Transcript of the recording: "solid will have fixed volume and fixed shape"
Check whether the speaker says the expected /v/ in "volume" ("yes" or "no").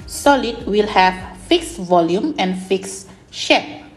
yes